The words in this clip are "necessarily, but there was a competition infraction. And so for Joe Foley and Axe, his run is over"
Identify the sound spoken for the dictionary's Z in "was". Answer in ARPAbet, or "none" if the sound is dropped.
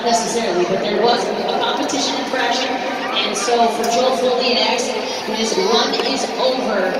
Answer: Z